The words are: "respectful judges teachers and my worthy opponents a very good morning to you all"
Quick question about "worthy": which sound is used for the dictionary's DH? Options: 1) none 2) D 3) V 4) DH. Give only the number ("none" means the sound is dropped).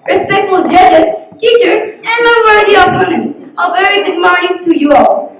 1